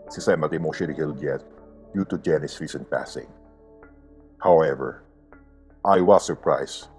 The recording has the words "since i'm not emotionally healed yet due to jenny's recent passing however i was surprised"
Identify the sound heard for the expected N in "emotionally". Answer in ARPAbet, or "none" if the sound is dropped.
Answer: none